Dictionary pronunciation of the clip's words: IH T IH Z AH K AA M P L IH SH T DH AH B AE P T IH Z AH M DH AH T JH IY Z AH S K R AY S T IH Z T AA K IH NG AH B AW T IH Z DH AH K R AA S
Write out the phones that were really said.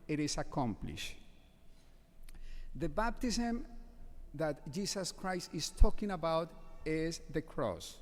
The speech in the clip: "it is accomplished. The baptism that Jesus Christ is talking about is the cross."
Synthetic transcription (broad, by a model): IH T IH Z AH K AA M P L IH SH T DH AH B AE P T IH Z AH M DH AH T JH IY S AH S K R AY S T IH S T AA K IH NG AH B AW T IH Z DH AH K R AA S